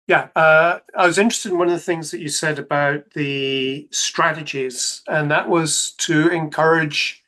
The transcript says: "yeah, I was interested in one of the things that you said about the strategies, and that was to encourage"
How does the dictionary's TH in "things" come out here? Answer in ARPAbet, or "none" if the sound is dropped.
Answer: TH